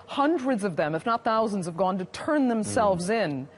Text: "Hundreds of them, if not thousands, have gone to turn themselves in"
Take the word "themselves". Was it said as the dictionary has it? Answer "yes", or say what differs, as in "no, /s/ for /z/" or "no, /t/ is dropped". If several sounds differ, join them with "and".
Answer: yes